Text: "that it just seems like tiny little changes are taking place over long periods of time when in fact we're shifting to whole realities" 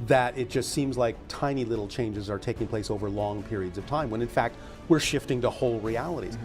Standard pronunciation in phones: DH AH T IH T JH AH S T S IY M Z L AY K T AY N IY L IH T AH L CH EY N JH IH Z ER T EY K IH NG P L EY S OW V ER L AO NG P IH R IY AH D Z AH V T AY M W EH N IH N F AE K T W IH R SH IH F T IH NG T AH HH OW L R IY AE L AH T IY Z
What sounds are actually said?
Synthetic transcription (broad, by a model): DH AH T IH T JH AH S T S IY M Z L AY K T AY N IY L IH T L CH EY N JH IH Z ER T EY K IH NG P L EY S OW V ER L AO NG P IH R IY AH D Z AH V T AY M W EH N IH N F AE K T W IH R SH IH F T IH NG T AH HH OW L R IY AE L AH T IY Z